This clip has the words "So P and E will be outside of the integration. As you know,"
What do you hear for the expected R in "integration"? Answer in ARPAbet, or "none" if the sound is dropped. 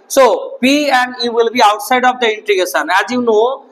none